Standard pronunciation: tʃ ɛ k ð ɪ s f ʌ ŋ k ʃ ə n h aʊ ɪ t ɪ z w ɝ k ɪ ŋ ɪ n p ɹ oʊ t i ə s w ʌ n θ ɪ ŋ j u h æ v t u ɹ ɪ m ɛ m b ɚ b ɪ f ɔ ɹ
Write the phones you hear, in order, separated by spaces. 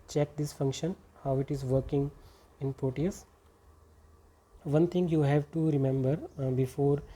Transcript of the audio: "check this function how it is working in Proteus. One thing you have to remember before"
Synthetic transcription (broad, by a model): tʃ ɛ k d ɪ s f ʌ ŋ k ʃ ə n h aʊ ɪ t ɪ z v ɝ k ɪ ŋ ɪ n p oʊ t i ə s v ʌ n t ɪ ŋ j u h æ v t u ɹ ɪ m ɛ m b ɚ b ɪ f ɔ ɹ